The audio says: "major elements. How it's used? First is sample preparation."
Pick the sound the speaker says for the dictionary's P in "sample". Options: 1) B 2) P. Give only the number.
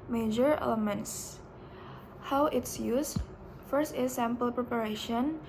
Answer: 2